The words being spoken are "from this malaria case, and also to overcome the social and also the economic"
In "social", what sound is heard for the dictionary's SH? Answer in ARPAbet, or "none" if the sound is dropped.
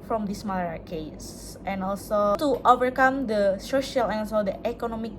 SH